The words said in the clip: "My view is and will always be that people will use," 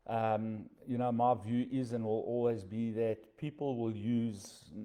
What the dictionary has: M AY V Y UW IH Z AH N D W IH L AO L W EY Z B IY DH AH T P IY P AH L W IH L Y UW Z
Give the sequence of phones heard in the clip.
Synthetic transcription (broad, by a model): M AY V Y UW IH Z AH N W IH L AO L W EY Z B IY DH AH T P IY P AH L W IH L Y UW Z